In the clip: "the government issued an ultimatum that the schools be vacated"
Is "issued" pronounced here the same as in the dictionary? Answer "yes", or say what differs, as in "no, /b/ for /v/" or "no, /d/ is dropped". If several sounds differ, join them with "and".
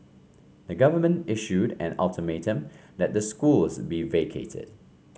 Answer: yes